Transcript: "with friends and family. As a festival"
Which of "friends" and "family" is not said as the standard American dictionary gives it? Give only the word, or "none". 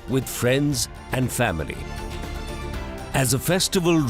none